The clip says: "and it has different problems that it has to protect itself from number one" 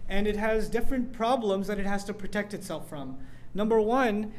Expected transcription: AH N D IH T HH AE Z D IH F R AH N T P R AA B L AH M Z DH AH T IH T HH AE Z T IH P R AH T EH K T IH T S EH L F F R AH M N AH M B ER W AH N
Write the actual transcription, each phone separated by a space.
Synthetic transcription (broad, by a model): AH N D IH T HH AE Z D IH F R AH N P R AA B L AH M Z DH AH T IH T HH AE Z T IH P R AH T EH K T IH T S EH L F F R AH M N AH M B ER W AH N